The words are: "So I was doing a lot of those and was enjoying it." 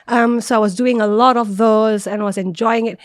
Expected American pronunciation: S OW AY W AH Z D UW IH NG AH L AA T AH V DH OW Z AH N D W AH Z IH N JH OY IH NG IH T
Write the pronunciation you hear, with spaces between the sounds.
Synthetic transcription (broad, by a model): S OW AY W AH Z D UW IH NG AH L AA T AH V DH OW Z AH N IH W AH Z IH N JH OY IH NG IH T